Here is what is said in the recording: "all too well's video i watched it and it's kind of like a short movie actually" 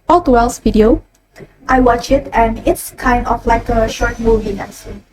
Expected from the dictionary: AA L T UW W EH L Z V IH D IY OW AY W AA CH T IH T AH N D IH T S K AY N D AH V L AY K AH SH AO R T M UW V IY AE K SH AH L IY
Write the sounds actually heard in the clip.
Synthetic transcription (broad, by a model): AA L T UW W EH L S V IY D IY OW AY W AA CH IH T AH N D IH T S K AY N D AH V L AY K AH SH AO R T M UW V IY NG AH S